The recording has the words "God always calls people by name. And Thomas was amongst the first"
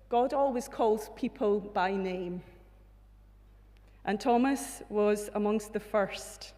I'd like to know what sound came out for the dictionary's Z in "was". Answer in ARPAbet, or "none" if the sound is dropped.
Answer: Z